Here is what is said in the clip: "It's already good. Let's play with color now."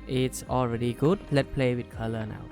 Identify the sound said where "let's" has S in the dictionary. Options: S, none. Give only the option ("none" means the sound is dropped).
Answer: none